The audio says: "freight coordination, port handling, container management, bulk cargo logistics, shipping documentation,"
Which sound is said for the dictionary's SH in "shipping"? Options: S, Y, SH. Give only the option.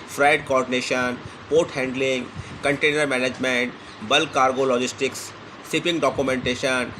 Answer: S